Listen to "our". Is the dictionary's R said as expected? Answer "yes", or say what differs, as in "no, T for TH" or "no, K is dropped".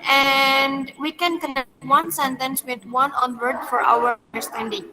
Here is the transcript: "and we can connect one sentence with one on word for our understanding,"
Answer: no, W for R